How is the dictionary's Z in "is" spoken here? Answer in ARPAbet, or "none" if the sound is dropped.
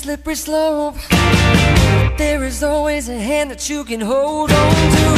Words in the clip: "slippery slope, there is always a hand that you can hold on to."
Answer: Z